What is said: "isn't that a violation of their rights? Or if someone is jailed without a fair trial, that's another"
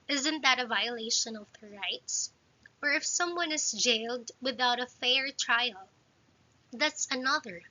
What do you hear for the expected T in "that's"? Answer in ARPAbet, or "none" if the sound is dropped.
T